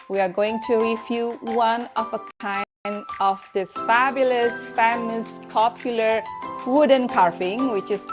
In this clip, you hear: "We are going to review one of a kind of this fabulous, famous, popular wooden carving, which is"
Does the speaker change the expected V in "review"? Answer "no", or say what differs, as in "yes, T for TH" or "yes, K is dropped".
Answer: yes, F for V